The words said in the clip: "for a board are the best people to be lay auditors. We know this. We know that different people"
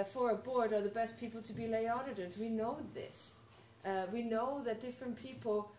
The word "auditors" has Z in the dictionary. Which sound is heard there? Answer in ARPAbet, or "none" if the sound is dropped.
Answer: Z